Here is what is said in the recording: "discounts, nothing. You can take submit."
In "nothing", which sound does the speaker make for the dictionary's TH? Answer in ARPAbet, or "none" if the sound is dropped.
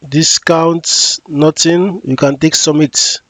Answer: T